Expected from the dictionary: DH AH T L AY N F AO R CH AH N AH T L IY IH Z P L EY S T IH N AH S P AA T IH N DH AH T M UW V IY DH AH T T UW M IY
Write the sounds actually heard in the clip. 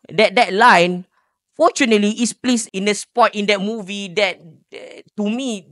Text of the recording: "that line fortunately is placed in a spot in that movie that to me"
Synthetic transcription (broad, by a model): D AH T L AY N F AO CH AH N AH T L IY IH S P L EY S IH N AH S P AA T IH N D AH T M UW V IY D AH T T UW M IY